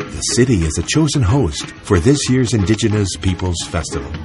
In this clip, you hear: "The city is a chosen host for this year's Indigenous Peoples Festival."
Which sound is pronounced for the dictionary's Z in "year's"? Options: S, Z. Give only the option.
Z